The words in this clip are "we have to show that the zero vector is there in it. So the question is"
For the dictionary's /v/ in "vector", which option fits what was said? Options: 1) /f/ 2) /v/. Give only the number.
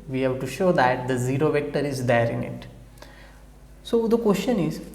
2